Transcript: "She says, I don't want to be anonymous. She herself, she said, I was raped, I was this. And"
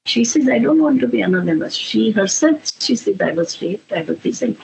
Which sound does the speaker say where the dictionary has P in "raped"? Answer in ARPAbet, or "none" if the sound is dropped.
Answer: none